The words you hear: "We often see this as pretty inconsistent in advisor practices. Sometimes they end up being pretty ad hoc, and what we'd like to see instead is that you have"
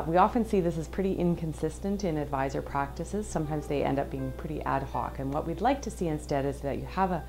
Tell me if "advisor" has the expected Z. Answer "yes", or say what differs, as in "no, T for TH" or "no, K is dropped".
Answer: yes